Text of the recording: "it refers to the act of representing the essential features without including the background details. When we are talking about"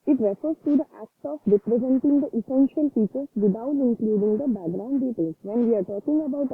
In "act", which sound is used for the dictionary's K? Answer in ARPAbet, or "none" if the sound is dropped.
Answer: K